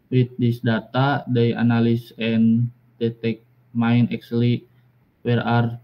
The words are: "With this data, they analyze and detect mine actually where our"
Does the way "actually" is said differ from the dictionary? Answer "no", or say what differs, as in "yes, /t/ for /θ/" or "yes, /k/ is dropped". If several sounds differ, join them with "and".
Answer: yes, /s/ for /tʃ/